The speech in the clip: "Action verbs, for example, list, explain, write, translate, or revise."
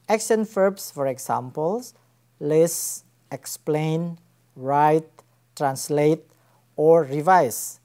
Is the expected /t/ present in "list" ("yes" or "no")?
no